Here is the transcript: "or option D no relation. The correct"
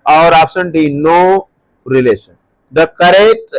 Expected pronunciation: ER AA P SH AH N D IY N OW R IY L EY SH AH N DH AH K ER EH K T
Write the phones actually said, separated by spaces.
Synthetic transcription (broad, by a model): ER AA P S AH N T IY N OW R IY L EY SH AH N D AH K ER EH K T